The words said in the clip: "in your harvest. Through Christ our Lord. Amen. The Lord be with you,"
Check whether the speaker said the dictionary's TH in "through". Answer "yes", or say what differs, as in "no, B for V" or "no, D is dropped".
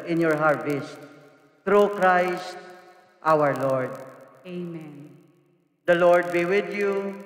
no, T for TH